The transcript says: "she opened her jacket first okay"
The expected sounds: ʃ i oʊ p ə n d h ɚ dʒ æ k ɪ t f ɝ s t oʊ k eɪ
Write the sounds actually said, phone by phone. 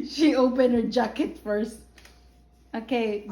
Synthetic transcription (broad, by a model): ʃ i oʊ p ə n d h ɚ dʒ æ k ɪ t f ɝ s t oʊ k eɪ